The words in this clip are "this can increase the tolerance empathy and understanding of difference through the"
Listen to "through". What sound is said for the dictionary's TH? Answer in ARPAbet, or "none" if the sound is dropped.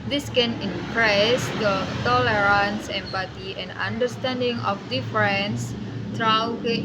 T